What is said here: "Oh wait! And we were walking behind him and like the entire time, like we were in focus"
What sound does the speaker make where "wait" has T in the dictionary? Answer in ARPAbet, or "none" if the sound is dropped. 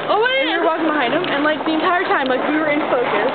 none